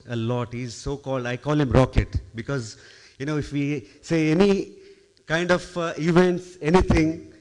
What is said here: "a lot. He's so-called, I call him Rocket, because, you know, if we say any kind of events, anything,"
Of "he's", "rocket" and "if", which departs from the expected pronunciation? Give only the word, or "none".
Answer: none